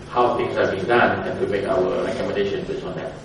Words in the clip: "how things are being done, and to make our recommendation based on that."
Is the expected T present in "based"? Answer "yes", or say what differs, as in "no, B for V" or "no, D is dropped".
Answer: no, T is dropped